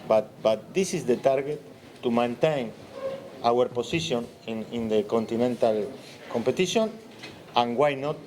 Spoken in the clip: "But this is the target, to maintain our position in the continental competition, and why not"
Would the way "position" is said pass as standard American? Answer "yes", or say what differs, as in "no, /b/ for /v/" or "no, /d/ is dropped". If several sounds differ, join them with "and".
no, /s/ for /z/